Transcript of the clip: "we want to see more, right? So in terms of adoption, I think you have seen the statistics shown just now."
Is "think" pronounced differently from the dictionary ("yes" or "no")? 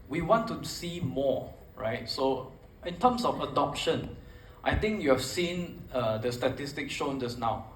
yes